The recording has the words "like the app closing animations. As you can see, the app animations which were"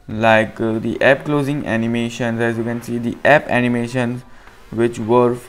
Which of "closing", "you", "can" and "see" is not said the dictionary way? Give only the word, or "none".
none